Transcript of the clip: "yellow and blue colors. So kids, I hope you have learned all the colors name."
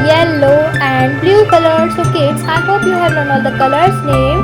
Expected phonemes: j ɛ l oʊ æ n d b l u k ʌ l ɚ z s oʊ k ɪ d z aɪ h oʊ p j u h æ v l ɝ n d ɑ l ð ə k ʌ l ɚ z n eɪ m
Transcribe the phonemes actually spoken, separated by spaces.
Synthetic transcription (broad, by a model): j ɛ l oʊ æ n d b l u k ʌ l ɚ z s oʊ k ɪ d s aɪ h oʊ p j u h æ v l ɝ n ɑ l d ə k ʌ l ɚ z n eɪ m